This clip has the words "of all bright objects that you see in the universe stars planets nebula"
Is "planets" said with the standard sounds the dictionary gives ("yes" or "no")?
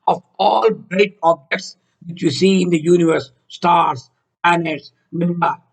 no